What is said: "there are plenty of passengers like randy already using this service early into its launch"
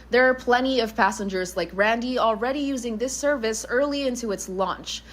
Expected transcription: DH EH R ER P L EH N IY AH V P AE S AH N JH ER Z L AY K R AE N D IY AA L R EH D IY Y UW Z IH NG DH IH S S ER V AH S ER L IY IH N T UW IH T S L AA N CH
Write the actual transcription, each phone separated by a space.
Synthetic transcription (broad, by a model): DH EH R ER P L EH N IY AH V P AE S AH N JH ER Z L AY K R AE N D IY AA L R EH D IY Y UW Z IH NG DH IH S S ER V AH S ER L IY IH N T UW IH T S L AA N CH